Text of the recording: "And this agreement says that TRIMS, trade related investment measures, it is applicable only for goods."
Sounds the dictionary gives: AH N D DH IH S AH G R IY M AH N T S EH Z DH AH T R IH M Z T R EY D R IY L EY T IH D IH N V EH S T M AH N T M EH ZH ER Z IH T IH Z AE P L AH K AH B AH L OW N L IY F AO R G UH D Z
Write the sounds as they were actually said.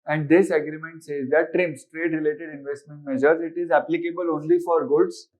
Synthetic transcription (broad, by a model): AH N D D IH S AH G R IY M AH N T S EH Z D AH T R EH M S T R EY D R IY L EY T IH D IH N V EH S T M AH N T M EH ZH ER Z IH T IH Z AE P L AH K AH B AH L OW N L IY F AO R G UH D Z